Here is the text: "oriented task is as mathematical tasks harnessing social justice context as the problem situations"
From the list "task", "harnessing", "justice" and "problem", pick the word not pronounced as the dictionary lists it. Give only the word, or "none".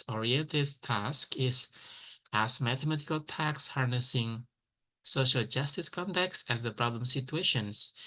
none